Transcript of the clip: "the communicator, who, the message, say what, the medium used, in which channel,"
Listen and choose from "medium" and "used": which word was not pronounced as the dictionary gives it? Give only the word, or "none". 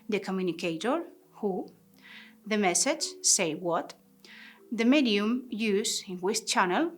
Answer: used